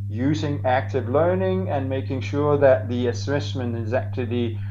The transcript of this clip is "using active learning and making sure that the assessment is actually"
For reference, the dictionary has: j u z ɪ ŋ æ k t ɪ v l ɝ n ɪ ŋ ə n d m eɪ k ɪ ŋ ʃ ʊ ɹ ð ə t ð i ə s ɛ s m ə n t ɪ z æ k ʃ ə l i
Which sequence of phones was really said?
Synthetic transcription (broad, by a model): j u z ɪ ŋ æ k t ɪ v l ɝ n ɪ ŋ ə n m eɪ k ɪ ŋ ʃ ʊ ɹ ð ə t ð i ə s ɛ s m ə n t ɪ z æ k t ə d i